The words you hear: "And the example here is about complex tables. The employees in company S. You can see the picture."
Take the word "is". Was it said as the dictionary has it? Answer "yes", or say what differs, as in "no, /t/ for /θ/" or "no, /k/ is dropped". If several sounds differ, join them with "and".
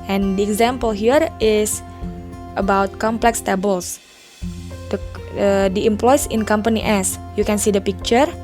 no, /s/ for /z/